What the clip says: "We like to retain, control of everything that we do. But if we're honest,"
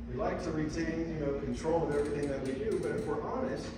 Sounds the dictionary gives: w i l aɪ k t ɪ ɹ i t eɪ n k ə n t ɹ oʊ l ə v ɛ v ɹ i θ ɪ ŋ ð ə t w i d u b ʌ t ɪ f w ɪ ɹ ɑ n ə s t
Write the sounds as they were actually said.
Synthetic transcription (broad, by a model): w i l aɪ k t ɪ ɹ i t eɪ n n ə n t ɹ oʊ l ə v ɛ v ɹ i θ ɪ ŋ ð ə t w i d u b ʌ t ɪ f w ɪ ɹ ɑ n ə s t